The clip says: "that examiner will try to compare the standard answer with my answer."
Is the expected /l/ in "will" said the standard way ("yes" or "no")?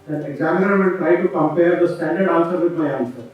no